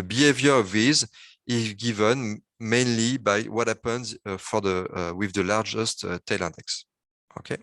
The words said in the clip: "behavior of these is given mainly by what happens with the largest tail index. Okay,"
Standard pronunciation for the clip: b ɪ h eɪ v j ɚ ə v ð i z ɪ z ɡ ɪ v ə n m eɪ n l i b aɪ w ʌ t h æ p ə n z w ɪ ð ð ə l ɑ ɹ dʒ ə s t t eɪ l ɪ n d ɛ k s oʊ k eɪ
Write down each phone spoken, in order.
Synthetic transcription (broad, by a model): b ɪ h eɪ v j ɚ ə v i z ɪ z ɡ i v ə n m eɪ n l i b aɪ w ʌ t h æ p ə n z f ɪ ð ð ə l ɑ ɹ dʒ ə s t t eɪ l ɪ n d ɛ k s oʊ k eɪ